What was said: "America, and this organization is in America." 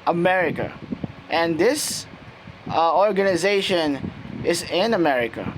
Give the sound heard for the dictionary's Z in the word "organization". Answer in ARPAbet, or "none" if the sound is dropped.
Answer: Z